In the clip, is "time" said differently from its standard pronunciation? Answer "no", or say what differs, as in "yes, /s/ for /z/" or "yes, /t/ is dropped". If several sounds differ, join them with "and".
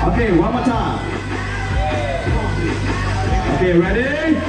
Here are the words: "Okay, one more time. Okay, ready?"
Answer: yes, /m/ is dropped